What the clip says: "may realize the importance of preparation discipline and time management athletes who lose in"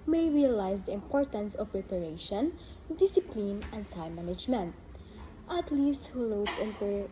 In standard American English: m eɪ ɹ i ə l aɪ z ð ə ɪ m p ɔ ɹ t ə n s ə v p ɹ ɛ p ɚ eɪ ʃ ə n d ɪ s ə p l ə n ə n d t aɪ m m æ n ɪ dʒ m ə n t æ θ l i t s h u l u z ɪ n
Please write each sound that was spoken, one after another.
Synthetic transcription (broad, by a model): m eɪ ɹ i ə l aɪ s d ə ɪ m p ɔ ɹ t ə n s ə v p ɹ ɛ p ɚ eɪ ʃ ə n d ɪ s ə p l ə n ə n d t aɪ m m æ n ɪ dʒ m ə n t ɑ t l i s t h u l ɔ s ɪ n